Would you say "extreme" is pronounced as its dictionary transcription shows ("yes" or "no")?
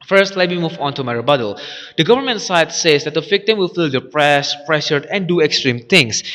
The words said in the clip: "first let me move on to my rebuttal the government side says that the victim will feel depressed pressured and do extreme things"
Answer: yes